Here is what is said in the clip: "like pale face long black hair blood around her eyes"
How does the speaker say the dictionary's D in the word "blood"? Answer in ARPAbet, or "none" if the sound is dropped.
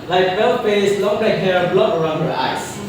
none